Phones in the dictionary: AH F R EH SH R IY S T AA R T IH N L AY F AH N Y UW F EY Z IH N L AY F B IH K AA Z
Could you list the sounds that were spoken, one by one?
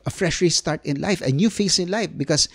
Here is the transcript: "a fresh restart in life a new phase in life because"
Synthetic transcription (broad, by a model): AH F R EH SH R IY S T AA R T IH N L AY F AH N Y UW F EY S IH N L AY F B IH K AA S